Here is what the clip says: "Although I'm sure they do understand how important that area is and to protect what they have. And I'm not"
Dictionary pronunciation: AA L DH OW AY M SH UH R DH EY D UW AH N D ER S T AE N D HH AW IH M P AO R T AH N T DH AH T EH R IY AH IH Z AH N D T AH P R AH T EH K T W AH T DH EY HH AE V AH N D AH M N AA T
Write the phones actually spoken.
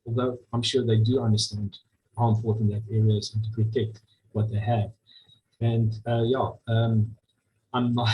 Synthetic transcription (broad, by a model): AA L DH OW AY M SH UH R DH EY D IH AH N D ER S T AE N D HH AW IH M F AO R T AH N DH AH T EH R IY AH IH Z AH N T AH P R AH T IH K T W AH T DH EY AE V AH N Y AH M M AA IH